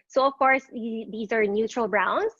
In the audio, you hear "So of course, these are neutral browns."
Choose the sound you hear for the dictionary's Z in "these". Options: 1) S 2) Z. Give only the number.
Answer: 2